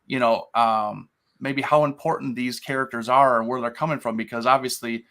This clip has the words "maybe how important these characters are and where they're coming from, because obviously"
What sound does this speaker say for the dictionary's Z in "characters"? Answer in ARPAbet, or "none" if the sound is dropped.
Z